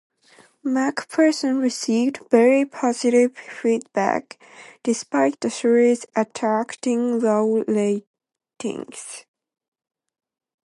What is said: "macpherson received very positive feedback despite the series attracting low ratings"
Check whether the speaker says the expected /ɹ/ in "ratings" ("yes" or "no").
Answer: no